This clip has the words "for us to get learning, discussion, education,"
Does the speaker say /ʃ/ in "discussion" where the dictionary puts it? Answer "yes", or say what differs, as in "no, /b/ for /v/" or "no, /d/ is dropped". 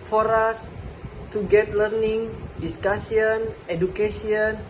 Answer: no, /s/ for /ʃ/